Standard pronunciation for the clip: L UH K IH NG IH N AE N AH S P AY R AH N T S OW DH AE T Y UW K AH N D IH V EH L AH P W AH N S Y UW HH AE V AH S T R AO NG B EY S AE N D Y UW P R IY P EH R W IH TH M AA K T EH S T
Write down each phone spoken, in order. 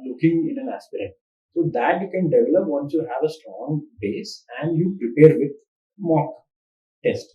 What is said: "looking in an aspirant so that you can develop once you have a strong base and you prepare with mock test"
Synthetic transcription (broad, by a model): L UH K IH NG IH N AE N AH S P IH R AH T S OW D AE T Y UW K AH N D IH V EH L AH P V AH N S Y UW HH AE V AH S T R AO NG B EY S AE N D Y UW P R IY P EH R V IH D M AA K T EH S T